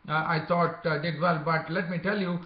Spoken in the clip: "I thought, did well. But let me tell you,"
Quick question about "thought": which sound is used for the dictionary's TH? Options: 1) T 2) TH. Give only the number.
1